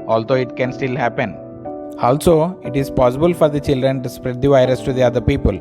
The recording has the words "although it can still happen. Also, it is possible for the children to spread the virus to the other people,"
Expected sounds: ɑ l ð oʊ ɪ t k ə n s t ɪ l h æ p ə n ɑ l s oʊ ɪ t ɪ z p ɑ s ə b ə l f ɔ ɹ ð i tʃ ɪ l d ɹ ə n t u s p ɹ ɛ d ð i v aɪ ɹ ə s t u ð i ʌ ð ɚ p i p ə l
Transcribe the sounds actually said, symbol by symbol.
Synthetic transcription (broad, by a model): ɑ l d oʊ ɪ t k ə n s t ɪ l h æ p ə n ɑ l s oʊ ɪ t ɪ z p ɑ s ə b ə l f ɔ ɹ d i tʃ ɪ l d ɹ ə n t u s p ɹ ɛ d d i v aɪ ɹ ə s t u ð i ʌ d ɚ p i p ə l